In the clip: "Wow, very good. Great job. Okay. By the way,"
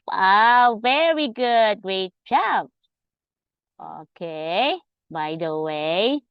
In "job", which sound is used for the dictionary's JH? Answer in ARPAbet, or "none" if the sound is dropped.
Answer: CH